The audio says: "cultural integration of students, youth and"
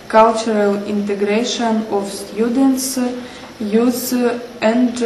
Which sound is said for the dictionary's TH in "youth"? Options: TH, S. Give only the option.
S